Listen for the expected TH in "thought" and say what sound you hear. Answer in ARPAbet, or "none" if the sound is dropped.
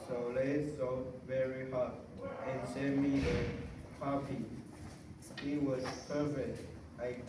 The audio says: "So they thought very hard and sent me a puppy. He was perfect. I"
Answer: S